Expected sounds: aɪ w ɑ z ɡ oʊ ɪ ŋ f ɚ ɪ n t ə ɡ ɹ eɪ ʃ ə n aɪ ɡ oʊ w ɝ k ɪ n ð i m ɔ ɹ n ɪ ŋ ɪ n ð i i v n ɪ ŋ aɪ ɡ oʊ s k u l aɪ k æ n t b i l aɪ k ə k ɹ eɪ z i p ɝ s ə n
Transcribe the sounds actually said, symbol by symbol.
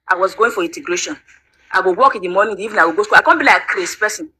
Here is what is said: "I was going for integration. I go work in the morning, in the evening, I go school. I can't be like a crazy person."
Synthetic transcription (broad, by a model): aɪ w ɑ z ɡ oʊ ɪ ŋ f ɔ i n t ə ɡ ɹ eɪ ʃ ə n aɪ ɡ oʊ w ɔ k ɪ n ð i m ɔ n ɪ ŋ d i i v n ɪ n aɪ ɡ oʊ s k u l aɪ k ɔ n b i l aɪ ə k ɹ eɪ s p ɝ s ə n